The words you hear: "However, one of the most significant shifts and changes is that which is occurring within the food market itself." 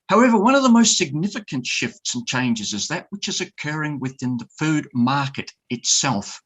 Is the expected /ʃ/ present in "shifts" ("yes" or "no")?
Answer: yes